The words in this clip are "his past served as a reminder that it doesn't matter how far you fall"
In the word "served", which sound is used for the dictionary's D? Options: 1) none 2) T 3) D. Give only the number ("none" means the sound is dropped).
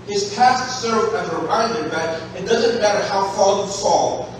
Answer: 1